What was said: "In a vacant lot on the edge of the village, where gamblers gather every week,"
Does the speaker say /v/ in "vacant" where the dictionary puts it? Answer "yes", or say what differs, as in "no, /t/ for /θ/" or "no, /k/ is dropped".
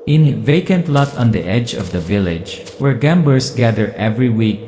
yes